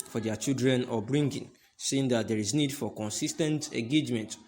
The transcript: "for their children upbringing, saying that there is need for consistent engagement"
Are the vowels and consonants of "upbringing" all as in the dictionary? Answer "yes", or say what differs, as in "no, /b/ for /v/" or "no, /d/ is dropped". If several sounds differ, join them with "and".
no, /p/ is dropped